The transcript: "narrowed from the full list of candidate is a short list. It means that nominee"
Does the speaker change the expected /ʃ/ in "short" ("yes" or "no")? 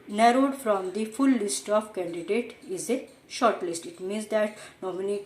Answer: no